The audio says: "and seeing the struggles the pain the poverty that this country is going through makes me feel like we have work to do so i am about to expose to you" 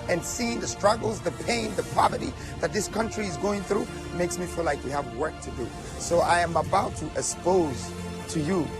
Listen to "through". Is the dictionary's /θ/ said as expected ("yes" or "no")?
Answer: yes